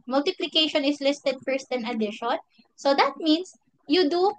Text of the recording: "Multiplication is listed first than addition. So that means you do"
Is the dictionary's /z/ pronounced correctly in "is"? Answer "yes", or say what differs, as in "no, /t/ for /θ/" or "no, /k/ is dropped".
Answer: no, /s/ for /z/